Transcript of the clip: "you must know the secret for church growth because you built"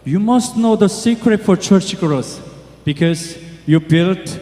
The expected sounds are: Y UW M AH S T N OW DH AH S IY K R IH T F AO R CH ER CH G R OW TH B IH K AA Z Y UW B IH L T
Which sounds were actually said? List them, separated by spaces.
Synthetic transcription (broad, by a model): Y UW M AH S T N OW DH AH S IY K R IH T F AO R CH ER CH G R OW S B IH K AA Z Y UW B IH L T